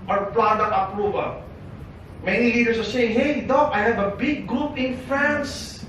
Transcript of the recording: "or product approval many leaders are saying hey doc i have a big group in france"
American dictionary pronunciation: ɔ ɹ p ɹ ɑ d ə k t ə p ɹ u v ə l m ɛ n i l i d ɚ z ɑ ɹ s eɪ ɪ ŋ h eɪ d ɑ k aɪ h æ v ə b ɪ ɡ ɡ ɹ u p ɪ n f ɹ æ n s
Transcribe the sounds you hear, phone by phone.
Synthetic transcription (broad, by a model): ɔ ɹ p l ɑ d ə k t ə p ɹ u v ə l m ɛ n i l i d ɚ s ɑ ɹ s eɪ ɪ ŋ h eɪ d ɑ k aɪ h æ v ə b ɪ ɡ ɡ ɹ u p ɪ n f ɹ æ n s